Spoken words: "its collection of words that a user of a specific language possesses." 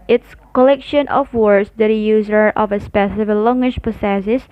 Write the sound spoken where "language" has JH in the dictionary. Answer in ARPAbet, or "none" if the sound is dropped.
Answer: SH